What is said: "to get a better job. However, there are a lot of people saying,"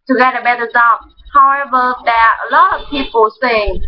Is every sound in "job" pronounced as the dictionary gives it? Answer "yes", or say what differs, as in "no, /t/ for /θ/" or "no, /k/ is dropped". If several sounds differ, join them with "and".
no, /z/ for /dʒ/